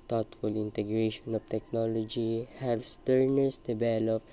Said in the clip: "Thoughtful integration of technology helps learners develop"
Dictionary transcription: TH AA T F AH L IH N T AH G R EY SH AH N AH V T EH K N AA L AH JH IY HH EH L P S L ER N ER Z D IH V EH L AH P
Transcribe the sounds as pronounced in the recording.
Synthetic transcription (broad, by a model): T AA T F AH L IH N T AH G R EY SH AH N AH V T EH K N AA L AH JH IY HH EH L S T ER N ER S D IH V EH L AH P